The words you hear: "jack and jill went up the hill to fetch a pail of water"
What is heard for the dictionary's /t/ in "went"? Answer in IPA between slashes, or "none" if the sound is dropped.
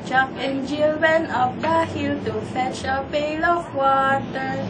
none